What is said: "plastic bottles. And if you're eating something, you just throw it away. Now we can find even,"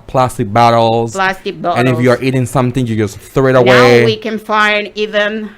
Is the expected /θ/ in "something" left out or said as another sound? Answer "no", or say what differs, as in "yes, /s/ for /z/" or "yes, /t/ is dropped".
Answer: no